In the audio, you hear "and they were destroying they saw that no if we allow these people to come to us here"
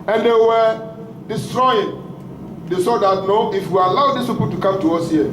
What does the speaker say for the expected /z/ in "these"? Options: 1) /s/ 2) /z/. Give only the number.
1